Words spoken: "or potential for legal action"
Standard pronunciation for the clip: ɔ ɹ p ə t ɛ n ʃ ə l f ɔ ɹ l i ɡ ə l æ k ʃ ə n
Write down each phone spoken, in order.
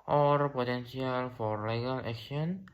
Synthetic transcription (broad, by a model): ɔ ɹ p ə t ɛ n s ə l f ɔ ɹ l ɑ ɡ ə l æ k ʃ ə n